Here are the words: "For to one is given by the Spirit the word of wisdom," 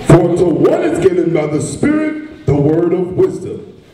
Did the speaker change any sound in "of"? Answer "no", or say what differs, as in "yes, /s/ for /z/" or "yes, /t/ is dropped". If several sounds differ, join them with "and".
no